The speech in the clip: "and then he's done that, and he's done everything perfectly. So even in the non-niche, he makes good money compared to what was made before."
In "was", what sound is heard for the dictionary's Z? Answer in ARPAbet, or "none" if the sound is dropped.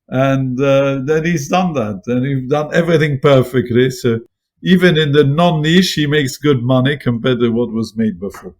Z